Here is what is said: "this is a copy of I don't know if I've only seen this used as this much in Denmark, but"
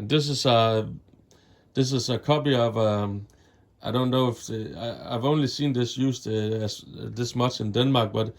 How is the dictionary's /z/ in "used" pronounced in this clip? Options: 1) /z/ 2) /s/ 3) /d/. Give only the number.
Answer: 2